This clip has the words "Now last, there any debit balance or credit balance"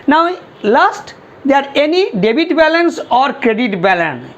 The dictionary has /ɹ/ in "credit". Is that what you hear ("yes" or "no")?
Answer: yes